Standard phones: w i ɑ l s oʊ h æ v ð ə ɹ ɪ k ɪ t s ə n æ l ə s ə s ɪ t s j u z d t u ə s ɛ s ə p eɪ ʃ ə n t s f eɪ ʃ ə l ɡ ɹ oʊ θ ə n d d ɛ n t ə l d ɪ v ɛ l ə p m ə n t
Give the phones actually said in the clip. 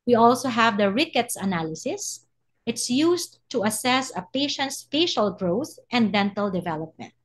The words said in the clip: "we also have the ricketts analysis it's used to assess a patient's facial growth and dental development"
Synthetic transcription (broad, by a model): w i ɑ l s oʊ h æ v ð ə ɹ ɪ k ɪ t s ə n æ l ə s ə s ɪ t s j u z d t u ə s ɛ s ə p eɪ ʃ ə n t s f eɪ ʃ ə l ɡ ɹ oʊ θ ə n d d ɛ n t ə l d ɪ v ɛ l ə p m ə n t